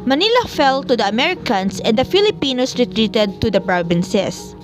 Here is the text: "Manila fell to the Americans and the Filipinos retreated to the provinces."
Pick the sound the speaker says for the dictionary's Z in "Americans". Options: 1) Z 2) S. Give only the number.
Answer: 2